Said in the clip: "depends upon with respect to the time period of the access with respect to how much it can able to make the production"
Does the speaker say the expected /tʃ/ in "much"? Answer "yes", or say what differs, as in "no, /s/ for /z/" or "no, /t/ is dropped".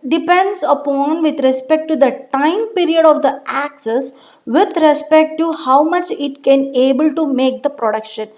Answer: yes